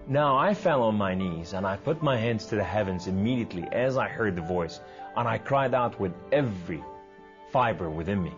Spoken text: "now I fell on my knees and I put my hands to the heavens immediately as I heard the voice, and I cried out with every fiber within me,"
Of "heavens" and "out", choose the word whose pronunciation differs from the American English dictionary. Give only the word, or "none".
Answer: none